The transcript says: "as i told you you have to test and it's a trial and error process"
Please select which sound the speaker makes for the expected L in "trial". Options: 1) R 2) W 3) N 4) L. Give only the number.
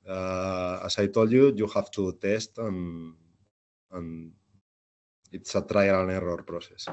3